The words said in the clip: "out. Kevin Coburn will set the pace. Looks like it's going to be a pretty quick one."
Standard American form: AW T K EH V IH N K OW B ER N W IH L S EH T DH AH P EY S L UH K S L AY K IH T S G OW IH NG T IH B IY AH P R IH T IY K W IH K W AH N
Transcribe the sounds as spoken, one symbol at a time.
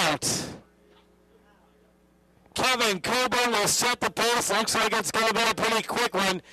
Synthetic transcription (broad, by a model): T K EH V IH N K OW B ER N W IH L S EH T DH AH P EY S L UH K S L AY K IH T S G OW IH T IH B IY AH P R IH T IY K W IH K W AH N